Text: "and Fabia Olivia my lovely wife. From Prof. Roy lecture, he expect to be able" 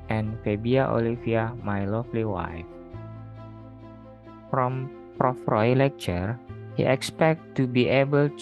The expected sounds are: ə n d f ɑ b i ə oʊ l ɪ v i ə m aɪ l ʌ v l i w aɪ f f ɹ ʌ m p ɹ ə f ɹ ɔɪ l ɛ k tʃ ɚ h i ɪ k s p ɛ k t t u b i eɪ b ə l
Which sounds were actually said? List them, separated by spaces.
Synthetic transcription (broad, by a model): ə n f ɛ b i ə oʊ l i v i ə m aɪ l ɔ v l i w aɪ f f ɹ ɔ m p ɹ ə f ɹ ɔɪ l ɛ k tʃ ɚ h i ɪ k s p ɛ k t t u b i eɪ b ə l